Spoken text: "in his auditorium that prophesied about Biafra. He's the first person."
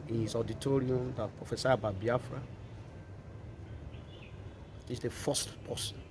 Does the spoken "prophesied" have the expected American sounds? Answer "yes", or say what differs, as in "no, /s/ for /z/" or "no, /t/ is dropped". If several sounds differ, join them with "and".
no, /d/ is dropped